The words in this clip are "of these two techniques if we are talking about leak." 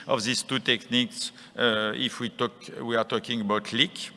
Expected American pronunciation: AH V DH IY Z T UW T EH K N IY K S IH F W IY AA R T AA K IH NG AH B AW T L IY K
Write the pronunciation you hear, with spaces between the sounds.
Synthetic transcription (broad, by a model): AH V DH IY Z T UW T EH K N IY K S IH F W IY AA W T AA K IH NG AH B AW T L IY K